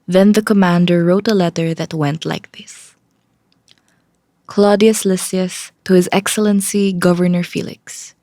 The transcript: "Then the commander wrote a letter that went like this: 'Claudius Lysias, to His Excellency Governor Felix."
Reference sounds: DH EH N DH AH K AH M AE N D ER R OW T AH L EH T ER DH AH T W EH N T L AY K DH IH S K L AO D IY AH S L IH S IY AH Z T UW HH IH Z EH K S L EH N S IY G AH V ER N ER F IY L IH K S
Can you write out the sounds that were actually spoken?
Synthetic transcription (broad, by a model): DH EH N DH AH K AH M AE N D ER R OW T AH L EH T ER DH AH T W EH N T L AY K DH IH S K L AO D IY AH S L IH S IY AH S T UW HH IH Z EH K S L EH N S IY G AH V ER N ER F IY L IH K S